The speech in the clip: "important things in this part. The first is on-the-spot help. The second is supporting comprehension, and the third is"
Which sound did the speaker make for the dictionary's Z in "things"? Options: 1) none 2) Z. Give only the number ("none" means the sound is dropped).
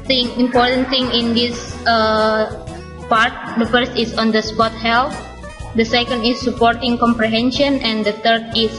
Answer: 1